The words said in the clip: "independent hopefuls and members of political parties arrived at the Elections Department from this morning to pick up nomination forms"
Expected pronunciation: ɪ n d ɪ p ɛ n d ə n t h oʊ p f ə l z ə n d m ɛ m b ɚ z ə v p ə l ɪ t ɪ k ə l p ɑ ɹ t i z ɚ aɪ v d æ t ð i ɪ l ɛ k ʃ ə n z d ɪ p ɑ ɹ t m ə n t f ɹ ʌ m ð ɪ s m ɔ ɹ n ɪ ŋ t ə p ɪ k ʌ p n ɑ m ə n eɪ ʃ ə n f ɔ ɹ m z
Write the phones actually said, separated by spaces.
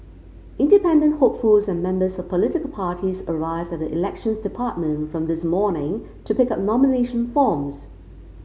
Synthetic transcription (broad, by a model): ɪ n d ɪ p ɛ n d ə n t h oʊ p f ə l z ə n m ɛ m b ɚ z ə v p ə l ɪ t ɪ k ə l p ɑ ɹ t i z ɚ aɪ v d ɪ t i ɪ l ɛ k ʃ ə n z d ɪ p ɑ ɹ t m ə n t f ɹ ʌ m ð ɪ s m ɔ ɹ n ɪ ŋ t ə p ɪ k ʌ p n ɑ m ə n eɪ ʃ ə n f ɔ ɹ m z